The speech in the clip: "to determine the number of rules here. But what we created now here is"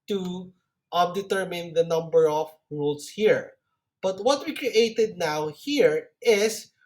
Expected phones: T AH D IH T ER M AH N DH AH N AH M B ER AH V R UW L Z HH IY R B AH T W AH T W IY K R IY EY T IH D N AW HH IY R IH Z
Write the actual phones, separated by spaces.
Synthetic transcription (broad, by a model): T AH D IH T ER M AH N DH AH N AH M B ER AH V R UW L S HH IY R B AH T W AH T W IY K R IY EY T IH D N AW HH IY R IH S